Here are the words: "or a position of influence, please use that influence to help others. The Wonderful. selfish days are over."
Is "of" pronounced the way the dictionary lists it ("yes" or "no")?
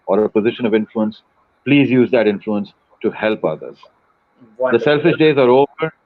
yes